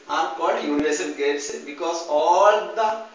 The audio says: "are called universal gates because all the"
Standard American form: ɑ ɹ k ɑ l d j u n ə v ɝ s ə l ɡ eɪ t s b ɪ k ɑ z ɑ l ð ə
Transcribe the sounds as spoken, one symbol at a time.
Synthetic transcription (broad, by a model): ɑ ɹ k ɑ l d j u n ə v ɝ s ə n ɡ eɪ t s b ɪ k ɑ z ɑ l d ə